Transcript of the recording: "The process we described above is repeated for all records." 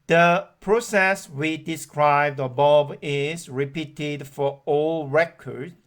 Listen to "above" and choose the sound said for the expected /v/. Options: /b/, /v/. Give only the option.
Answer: /b/